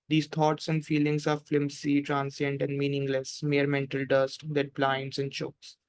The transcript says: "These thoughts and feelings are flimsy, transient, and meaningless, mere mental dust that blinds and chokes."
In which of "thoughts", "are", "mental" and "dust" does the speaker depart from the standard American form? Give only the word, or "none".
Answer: thoughts